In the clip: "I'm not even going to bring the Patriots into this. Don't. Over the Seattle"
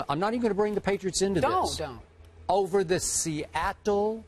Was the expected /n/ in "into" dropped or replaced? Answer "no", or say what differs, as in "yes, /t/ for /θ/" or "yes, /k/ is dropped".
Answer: no